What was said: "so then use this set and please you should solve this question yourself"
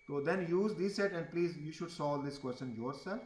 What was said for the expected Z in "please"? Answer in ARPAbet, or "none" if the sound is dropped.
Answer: Z